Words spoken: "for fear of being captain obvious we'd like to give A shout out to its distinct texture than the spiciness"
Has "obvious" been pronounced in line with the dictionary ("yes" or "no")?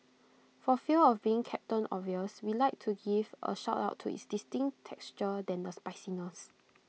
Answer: no